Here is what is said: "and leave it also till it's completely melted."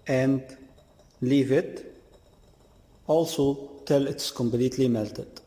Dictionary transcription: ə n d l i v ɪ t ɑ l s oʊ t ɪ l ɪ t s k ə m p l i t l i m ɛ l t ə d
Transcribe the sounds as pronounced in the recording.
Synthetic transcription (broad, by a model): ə n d l i v ɪ t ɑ l s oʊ t ɪ l ɪ t s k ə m b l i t l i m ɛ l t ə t